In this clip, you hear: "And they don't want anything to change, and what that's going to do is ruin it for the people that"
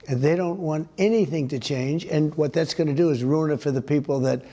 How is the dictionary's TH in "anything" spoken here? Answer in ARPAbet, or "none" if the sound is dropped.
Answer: TH